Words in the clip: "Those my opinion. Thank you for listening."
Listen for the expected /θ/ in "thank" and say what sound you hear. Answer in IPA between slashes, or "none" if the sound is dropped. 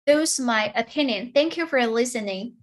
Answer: /θ/